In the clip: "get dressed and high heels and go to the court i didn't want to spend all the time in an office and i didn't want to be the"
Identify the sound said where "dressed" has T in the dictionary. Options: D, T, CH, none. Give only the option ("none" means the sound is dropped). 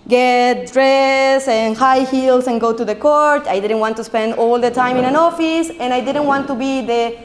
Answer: none